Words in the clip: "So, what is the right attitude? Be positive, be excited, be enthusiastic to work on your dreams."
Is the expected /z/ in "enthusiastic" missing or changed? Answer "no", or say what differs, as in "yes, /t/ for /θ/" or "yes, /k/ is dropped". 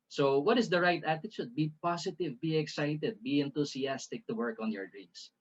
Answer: yes, /s/ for /z/